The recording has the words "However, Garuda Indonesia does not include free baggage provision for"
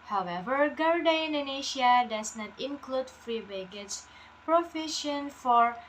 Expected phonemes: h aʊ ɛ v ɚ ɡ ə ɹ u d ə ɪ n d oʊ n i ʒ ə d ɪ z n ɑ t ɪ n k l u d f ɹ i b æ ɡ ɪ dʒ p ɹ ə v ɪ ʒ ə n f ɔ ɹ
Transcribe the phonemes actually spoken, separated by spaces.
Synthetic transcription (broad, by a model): h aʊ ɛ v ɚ ɡ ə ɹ d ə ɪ n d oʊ n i ʃ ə d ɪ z n ɑ t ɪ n k l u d f ɹ i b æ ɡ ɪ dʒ p ɹ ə f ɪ ʃ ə n f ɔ ɹ